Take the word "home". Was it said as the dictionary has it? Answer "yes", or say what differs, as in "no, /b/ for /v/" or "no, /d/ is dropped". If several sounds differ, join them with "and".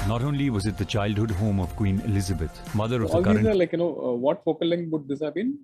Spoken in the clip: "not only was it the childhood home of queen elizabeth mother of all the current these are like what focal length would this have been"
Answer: yes